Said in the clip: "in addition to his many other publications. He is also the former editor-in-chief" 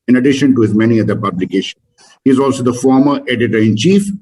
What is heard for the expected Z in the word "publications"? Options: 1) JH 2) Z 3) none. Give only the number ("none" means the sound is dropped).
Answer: 3